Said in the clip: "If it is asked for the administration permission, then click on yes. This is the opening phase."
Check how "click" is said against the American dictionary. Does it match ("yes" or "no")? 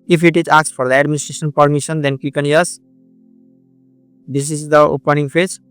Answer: no